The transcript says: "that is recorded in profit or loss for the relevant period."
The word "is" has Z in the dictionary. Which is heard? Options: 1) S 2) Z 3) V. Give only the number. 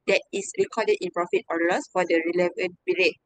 1